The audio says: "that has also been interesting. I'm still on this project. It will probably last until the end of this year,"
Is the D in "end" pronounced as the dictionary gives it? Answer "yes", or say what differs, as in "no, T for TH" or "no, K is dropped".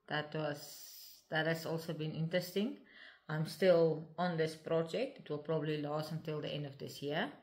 yes